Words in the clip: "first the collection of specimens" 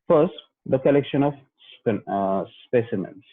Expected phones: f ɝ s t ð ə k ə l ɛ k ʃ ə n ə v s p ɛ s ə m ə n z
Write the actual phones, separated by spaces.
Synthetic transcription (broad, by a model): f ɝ s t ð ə k ə l ɛ k ʃ ə n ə p s p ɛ s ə m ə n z